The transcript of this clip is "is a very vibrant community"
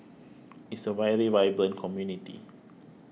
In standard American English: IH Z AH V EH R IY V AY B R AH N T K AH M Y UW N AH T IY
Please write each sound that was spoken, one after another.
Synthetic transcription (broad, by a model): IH S AH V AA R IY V AY B L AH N K AH M Y UW N AH T IY